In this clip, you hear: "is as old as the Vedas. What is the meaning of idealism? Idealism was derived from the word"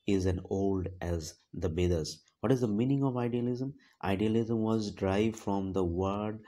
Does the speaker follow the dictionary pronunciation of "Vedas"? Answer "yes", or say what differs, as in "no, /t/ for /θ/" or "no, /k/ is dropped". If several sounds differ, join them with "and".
no, /b/ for /v/